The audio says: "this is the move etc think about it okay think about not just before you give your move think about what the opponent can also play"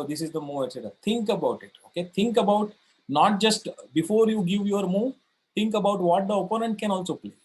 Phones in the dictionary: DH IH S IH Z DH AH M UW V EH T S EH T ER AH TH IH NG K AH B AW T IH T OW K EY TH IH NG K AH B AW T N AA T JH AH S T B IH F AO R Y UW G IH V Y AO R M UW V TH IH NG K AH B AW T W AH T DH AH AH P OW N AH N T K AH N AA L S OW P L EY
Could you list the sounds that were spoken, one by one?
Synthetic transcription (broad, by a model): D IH S IH Z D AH M UW V EH T S EH T ER AH T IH NG K AH B AW T IH T OW K EY T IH NG K AH B AW T N AA T JH AH S T B IH F AO R Y UW G IH V Y AO R M UW V T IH NG K AH B AW T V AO T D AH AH P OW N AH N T K AH N AA L S OW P L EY